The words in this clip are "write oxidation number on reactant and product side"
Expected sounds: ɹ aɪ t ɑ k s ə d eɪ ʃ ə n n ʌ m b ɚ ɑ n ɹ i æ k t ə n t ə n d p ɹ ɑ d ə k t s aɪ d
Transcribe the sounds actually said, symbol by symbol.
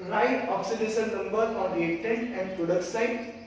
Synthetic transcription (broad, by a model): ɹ aɪ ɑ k s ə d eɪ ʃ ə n n ʌ m b ɚ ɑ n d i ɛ t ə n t ə n d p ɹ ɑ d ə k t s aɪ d